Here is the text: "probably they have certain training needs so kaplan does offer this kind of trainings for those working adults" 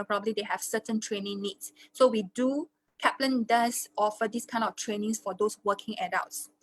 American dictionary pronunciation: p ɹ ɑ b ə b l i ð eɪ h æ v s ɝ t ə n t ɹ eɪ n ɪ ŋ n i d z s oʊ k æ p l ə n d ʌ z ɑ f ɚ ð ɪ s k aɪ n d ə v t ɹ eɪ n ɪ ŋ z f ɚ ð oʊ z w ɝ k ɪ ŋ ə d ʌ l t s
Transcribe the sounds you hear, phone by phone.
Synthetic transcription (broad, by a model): p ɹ ɑ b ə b l i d eɪ h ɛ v s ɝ t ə n t ɹ eɪ n ɪ ŋ n i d s oʊ k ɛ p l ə n d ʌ s ɑ f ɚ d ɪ s k aɪ n d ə f t ɹ eɪ n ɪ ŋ s f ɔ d oʊ s w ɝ k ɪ ŋ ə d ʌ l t s